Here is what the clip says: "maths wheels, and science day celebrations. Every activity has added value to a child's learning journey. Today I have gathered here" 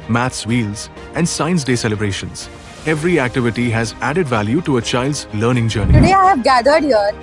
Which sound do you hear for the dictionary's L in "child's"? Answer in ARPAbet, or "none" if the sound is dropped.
L